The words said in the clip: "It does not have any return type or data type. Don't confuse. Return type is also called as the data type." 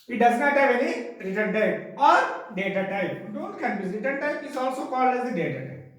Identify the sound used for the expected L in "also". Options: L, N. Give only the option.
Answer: L